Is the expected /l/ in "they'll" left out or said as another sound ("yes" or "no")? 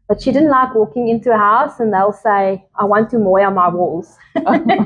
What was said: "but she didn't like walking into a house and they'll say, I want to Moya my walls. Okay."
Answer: no